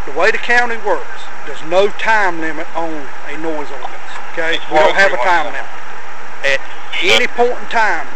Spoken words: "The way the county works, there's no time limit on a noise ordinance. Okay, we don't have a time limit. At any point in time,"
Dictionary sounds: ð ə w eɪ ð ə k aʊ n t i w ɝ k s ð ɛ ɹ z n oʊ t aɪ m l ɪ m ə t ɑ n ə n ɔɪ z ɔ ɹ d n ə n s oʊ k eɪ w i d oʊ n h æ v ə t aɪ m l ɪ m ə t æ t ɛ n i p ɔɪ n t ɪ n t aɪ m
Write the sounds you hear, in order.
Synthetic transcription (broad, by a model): ð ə w eɪ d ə k aʊ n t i w ɝ k s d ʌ z n oʊ t aɪ m l ɪ m ə t n ə n ɔɪ z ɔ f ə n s oʊ k eɪ w i d oʊ n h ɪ v ə t aɪ m l ɪ m ə t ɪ t ɛ n i p ɔɪ n t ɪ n t aɪ m